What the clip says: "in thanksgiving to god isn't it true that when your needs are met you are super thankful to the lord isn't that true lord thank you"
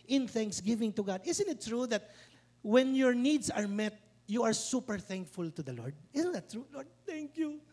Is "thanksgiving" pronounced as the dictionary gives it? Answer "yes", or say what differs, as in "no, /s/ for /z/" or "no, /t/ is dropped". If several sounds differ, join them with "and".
yes